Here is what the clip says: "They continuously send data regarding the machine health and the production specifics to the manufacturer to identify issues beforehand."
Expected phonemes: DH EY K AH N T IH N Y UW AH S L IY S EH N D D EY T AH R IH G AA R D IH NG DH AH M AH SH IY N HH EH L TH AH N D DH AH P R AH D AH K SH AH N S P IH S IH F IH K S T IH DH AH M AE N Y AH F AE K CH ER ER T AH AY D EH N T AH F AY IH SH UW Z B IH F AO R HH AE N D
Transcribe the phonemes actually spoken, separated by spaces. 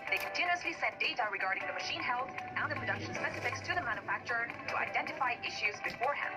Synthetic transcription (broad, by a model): DH EY K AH N T IH N Y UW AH S L IY S EH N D D EY T AH R IH G AA R D IH NG DH AH M AH SH IY N HH EH L TH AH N DH AH P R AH D AH K SH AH N S P IH S IH F IH K S T IH DH AH M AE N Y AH F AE K CH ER ER T AH AY D EH N T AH F AY IH SH UW Z B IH F AO R HH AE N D